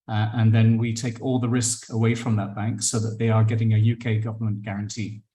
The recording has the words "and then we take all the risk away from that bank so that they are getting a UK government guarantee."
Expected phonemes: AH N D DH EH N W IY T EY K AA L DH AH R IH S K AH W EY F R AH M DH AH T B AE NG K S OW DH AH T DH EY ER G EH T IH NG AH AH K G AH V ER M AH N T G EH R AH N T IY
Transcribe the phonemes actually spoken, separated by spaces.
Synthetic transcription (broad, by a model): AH N DH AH N W IY T EY K AA L DH AH R IH S K AH W EY F R AH M DH AH T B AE NG K S OW DH AH T DH EY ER G EH T IH NG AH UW K G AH V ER M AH N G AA R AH N T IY